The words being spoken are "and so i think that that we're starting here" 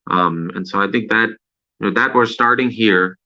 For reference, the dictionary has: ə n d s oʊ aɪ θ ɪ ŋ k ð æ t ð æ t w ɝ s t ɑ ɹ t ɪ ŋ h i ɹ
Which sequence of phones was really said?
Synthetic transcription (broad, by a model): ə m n s oʊ aɪ θ ɪ ŋ k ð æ t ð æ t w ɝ s t ɑ ɹ t ɪ ŋ h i ɹ